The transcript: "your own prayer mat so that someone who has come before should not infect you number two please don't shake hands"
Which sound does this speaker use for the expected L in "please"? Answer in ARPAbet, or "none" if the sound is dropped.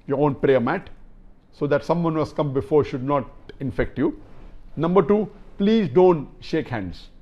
L